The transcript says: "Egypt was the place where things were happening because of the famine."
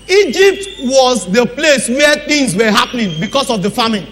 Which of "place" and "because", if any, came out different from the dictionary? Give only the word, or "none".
because